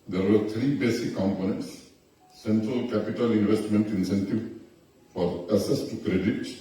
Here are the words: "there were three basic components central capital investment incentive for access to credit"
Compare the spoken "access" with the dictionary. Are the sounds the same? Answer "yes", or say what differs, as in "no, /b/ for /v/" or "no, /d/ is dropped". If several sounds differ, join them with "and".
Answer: no, /k/ is dropped